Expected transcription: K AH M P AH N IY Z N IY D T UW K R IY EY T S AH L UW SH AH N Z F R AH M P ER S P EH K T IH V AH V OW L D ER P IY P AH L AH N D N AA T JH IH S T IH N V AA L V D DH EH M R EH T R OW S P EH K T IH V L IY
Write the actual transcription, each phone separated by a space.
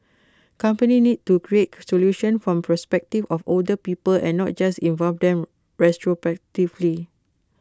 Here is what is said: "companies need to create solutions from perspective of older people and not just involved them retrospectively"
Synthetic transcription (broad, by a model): K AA M P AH N IY N IY D T UW K R IY EY T S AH L UW SH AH N F R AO M P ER S P EH K T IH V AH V OW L D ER P IY P AH L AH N N AA T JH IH S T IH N V AA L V D EH M R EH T R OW P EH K T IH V L IY